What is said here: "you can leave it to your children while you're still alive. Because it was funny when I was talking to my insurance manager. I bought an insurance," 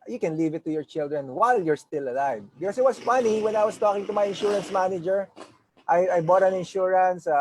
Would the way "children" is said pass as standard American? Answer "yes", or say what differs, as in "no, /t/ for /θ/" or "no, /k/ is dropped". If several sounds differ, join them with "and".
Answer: yes